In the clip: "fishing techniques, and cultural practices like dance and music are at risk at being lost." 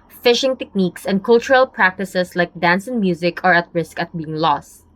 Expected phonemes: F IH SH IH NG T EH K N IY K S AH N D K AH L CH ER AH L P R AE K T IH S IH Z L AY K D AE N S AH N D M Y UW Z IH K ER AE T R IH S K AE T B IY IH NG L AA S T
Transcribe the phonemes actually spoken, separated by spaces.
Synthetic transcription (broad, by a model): F IH SH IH NG T EH K N IY K S AH N D K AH L CH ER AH L P R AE K T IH S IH S L AY K D AE N S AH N M Y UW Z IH K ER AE T R IH S K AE T B IY IH NG L AA S T